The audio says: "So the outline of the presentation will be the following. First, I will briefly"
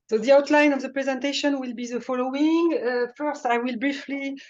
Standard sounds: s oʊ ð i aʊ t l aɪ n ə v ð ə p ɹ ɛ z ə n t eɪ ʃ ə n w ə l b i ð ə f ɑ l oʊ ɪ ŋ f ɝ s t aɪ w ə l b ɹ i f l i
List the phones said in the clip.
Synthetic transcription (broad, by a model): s oʊ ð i aʊ t l aɪ n ə v ð ə p ɹ ɛ z ə n t eɪ ʃ ə n w ə l b i ð ə f ɑ l oʊ ɪ ŋ f ɝ s t aɪ w ə l b ɹ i f l i